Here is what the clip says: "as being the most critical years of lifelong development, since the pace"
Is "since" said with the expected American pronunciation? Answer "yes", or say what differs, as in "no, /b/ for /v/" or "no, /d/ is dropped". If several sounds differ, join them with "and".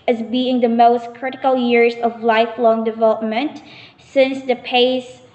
yes